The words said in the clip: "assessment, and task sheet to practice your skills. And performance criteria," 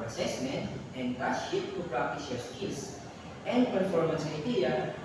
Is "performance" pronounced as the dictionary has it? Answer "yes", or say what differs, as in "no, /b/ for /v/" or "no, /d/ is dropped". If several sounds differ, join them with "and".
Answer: yes